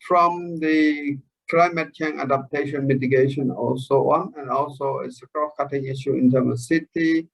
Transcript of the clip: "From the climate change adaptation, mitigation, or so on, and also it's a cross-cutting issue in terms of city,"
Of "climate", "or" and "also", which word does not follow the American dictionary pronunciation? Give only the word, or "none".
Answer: or